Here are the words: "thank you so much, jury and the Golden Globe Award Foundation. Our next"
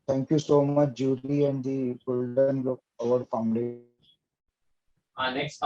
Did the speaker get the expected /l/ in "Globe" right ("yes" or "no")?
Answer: no